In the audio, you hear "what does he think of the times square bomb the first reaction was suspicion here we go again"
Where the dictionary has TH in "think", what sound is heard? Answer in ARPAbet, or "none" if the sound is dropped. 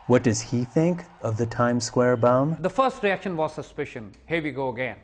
TH